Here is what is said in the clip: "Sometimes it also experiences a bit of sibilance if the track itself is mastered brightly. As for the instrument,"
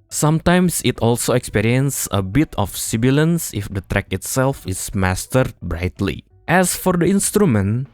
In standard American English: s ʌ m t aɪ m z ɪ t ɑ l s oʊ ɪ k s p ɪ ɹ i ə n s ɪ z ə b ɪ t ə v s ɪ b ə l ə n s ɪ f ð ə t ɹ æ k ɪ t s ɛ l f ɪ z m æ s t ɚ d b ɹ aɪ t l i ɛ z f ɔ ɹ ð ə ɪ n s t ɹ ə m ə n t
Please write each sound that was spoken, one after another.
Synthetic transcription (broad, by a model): s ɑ m t aɪ m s ɪ t ɑ l s oʊ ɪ k s p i ɹ i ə n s ə b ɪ t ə f s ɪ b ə l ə n s ɪ f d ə t ɹ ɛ k ɪ t s ɛ l f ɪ s m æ s t ɚ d b ɹ aɪ t l i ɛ s f ɔ ɹ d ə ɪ n s t ɹ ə m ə n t